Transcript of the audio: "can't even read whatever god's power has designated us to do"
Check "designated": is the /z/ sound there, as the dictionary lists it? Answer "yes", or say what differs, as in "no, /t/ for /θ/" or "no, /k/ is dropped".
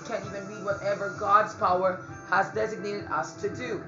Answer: yes